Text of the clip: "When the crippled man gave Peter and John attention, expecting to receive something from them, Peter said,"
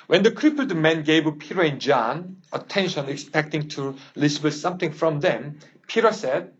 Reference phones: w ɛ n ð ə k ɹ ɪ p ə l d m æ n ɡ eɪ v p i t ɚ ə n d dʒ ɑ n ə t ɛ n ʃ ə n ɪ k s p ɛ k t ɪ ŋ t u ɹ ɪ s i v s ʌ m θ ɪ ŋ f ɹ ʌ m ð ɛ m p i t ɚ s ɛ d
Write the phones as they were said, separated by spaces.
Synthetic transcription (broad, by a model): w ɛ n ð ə k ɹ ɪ p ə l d m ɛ n ɡ eɪ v p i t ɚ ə n dʒ ɑ n ə t ɛ n ʃ ə n ɪ k s p ɛ k t ɪ ŋ t u l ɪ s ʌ s ʌ m θ ɪ ŋ f ɹ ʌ m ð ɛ m p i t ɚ s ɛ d